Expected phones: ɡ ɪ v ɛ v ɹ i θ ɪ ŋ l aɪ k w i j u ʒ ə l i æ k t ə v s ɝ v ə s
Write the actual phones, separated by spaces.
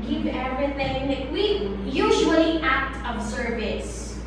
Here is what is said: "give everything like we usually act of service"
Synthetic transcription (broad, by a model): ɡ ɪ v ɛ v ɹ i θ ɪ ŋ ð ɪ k w i j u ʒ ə l i æ k t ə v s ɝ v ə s